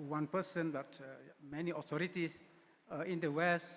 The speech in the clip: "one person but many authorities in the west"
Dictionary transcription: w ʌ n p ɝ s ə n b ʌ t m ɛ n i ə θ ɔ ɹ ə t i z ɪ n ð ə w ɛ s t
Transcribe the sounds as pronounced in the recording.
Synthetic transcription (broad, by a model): w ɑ n p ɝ s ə n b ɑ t m ɛ n i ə t ɔ ɹ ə t i s ɪ n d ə w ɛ s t